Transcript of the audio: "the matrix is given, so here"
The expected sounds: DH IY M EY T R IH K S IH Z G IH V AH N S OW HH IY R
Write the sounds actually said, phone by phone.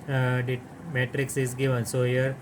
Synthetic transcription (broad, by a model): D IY M EY T R IH K S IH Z G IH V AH N S OW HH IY R